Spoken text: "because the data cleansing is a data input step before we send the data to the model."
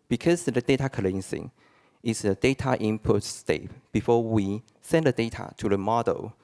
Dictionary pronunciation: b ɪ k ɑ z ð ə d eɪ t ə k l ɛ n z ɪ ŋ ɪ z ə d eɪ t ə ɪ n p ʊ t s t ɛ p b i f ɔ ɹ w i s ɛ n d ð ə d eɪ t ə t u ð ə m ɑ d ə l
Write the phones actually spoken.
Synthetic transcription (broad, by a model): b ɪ k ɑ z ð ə d eɪ t ə k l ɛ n s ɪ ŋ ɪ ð ə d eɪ t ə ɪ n p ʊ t s t ɛ p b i f ɔ w i s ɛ n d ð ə d eɪ t ə t u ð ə m ɑ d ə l